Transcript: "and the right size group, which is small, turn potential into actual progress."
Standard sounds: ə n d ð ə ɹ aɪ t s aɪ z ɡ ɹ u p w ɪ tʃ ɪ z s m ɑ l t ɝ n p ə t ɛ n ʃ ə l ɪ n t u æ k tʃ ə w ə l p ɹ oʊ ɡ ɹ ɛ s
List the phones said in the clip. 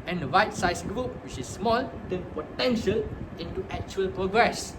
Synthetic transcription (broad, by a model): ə n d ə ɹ aɪ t s aɪ s ɡ ɹ u p w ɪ tʃ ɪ s m ɑ l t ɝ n p ə t ɛ n ʃ ə l ɪ n t u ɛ k tʃ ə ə l p ɹ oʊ ɡ ɹ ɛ s